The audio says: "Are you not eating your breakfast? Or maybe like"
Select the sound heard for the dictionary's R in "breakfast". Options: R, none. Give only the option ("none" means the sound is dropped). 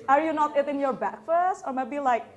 none